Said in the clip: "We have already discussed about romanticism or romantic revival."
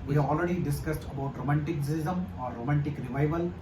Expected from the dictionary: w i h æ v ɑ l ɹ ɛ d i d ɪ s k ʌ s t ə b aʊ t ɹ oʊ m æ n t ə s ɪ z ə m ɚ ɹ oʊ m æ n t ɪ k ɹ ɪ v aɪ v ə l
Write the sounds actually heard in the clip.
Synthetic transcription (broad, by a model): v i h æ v ɑ l ɹ ɛ d i d ɪ s k ʌ s t ə b aʊ t ɹ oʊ m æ n t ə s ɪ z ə m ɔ ɹ oʊ m æ n t ɪ k ɹ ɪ v aɪ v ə l